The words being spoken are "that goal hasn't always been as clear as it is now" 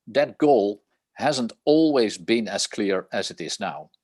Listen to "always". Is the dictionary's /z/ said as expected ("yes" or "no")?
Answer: yes